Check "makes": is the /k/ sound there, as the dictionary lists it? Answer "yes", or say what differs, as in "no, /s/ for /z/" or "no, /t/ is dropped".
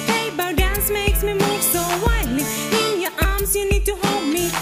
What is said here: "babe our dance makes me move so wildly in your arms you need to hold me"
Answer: yes